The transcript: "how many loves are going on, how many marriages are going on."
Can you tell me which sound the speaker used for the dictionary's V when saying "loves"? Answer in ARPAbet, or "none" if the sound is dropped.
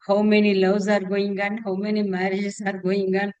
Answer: W